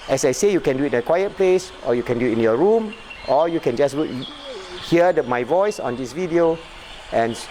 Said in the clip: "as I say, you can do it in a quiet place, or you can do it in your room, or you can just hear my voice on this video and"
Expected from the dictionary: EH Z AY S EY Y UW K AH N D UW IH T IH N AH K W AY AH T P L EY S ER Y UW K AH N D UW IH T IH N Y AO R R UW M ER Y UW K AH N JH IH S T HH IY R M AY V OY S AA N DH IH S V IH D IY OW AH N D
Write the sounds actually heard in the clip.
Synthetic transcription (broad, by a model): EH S AY S EY Y UW K AH N D UW IH T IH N AH K W AY AH T P L EY S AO Y UW K AH N D UW IH T IH N Y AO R R UW M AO Y UW K AH N JH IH S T HH IY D M AY V OY S AA N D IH S V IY D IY OW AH N